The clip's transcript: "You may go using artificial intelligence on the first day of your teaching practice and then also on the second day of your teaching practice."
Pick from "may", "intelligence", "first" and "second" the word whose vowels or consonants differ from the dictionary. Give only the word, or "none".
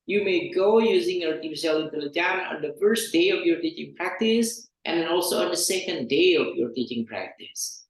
intelligence